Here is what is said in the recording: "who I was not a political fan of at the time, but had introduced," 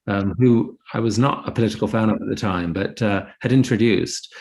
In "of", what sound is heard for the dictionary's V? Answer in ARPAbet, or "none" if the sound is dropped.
P